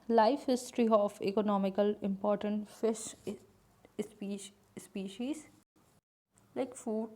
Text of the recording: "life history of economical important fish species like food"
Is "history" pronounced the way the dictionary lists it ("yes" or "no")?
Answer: yes